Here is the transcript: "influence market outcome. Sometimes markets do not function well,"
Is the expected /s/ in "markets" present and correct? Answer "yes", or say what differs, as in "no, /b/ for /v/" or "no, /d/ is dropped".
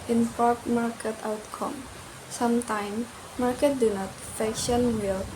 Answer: no, /s/ is dropped